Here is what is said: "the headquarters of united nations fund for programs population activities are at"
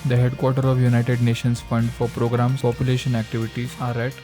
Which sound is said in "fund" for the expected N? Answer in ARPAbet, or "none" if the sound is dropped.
N